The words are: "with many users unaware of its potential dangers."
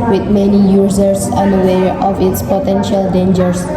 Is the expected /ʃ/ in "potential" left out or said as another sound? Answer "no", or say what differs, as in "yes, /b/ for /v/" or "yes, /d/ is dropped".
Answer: no